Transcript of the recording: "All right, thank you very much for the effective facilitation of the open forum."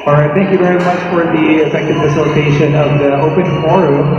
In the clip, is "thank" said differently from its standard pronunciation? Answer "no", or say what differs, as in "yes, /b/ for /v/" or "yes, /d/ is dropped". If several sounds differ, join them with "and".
no